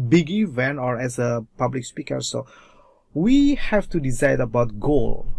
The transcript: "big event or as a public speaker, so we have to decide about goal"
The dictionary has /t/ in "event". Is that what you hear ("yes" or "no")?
no